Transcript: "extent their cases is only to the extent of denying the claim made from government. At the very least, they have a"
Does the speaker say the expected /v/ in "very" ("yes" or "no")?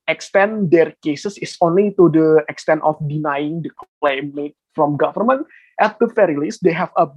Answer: no